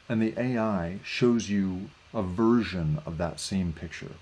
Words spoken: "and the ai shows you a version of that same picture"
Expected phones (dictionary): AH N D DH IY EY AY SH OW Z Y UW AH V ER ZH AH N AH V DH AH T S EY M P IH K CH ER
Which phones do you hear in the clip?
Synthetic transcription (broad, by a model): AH N DH IY EY AY SH OW Z Y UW AH V ER ZH AH N AH V DH AH T S EY M P IH K CH ER